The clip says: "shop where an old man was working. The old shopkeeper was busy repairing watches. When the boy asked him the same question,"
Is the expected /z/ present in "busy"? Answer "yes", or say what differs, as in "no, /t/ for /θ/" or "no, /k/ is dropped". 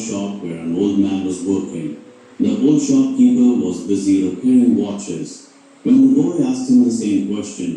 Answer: yes